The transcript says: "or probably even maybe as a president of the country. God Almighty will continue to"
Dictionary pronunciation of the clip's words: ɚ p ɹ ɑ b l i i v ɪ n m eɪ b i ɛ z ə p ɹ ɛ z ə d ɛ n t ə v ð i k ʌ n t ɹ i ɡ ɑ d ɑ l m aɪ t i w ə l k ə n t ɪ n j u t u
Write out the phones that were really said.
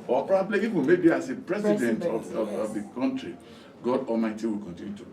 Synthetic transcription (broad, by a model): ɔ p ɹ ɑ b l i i f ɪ m eɪ b i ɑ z ə p ɹ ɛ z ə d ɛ n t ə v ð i k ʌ n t ɹ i ɡ ɑ d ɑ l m aɪ t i w ə l k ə n t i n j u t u